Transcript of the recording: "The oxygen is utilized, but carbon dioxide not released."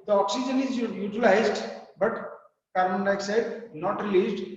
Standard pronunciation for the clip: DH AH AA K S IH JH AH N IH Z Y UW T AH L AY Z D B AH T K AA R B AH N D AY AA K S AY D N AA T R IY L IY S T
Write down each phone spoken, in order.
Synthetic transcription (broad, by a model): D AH AA K S IH JH AH N IH Z Y UW T AH L AY Z D B AH T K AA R AH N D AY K S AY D N AA T R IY L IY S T